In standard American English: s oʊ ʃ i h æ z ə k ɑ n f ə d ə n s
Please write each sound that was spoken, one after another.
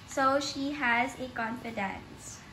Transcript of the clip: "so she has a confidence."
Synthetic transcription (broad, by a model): s oʊ ʃ i h æ z ə k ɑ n f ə d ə n s